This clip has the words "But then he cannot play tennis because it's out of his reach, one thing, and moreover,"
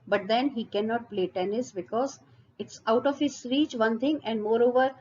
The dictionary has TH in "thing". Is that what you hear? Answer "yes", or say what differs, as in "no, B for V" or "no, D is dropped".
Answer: no, T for TH